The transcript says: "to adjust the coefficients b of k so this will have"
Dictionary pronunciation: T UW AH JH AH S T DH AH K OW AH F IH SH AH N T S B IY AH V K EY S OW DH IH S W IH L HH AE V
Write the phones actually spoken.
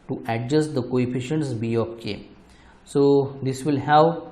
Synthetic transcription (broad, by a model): T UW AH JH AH S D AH K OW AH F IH SH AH N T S B IY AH P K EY S OW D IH S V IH L HH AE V